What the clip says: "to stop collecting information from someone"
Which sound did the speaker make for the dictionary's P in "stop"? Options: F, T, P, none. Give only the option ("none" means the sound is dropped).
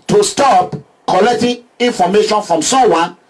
P